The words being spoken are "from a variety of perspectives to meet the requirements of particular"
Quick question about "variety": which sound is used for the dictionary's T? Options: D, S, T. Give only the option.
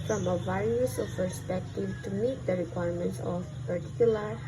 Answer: S